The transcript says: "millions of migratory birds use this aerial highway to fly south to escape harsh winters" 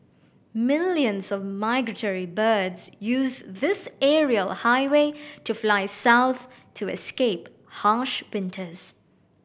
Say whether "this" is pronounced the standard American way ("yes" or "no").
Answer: yes